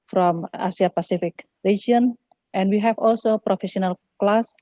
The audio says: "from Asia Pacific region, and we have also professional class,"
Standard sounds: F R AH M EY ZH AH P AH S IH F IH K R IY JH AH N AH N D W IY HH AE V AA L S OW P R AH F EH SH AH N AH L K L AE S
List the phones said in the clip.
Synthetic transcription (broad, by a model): F R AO M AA S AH P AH S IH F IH K R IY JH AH N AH N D W IY HH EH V AA L S OW P R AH F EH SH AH N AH L K L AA S